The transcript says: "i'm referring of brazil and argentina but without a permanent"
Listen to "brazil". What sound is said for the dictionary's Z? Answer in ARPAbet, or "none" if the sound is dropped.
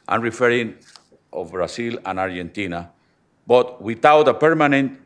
S